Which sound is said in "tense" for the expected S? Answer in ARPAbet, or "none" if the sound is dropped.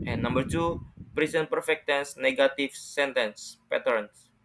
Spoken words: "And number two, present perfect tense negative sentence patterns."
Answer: S